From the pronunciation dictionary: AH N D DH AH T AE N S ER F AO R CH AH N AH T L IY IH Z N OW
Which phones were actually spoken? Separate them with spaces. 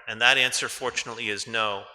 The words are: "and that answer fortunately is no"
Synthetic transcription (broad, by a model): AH N DH AH T AE N S ER F AO R CH AH N AH T L IY IH Z N OW